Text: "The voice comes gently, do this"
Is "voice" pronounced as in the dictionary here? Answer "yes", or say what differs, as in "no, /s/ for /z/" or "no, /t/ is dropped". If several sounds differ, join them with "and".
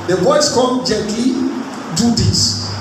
no, /b/ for /v/